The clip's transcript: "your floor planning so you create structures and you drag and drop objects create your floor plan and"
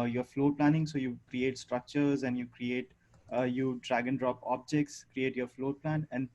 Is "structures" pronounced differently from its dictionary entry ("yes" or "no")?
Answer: no